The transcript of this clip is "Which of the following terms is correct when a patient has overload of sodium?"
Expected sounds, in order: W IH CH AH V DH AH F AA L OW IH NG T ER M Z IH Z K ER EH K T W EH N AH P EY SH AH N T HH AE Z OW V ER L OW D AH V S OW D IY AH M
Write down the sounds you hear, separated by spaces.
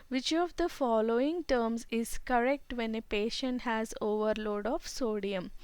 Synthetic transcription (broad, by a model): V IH CH AH V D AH F AA L OW IH NG T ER M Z IH Z K ER EH K T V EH N AH P EY SH AH N T HH AE Z OW V ER L OW D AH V S OW D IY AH M